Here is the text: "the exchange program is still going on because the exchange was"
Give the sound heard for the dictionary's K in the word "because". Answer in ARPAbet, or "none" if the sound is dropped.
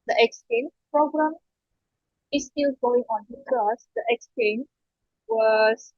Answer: none